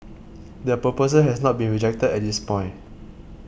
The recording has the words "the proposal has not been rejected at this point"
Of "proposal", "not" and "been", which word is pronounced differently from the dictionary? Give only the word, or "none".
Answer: proposal